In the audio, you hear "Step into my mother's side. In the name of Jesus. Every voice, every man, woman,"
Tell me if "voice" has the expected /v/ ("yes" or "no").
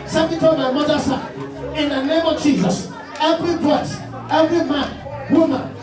no